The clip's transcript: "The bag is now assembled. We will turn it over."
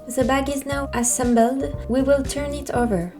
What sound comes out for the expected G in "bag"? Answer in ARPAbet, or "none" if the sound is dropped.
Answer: G